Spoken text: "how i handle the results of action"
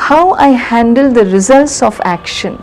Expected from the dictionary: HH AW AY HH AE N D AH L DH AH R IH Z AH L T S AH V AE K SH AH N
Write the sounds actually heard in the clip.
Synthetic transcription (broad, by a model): HH AW AY HH AE N D AH L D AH R IH Z AH L T S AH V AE K SH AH N